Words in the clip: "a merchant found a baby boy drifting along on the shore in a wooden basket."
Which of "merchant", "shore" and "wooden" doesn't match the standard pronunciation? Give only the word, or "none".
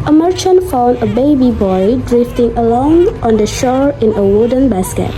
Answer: none